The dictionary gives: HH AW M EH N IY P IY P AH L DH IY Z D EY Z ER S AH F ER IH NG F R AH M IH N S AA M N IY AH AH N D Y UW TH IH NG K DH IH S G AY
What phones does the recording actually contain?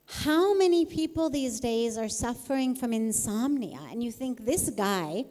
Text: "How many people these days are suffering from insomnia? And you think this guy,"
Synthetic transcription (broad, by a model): HH AW M EH N IY P IY P L DH IY Z D EY Z ER S AH F ER IH NG F R AH M IH N S AA M N IY AH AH N Y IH TH IH NG K DH IH S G AY